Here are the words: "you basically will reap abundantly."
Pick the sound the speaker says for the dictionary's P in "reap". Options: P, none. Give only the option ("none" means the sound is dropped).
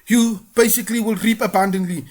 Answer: P